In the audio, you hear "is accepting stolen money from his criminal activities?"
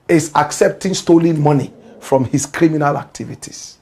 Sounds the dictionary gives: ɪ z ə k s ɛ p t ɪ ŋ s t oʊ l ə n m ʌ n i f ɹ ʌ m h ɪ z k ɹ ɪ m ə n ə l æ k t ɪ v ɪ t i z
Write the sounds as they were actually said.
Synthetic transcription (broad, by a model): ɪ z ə k s ɛ p t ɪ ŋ s t oʊ l ə n m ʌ n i f ɹ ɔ m h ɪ s k ɹ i m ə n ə l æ k t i v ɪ t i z